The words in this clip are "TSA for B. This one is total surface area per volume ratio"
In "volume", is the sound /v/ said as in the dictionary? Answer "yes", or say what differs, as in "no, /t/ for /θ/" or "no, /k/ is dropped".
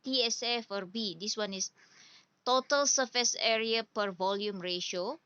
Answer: yes